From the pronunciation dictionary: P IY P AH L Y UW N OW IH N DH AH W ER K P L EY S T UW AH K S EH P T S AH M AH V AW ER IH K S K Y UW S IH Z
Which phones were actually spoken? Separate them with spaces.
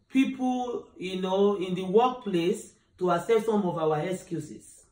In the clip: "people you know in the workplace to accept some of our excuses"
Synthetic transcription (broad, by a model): P IY P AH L Y UW N OW IH N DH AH W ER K P L EY S T UW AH S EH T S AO M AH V AW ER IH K S K Y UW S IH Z